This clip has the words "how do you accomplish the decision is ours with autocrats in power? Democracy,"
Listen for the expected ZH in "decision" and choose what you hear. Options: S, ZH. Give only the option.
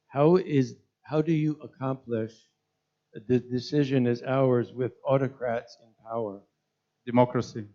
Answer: ZH